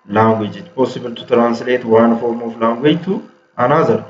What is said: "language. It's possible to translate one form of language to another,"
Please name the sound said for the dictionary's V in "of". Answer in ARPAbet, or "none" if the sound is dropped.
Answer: F